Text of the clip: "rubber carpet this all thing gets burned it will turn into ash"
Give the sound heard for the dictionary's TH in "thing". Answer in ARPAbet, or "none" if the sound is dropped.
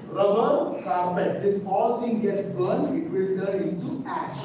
T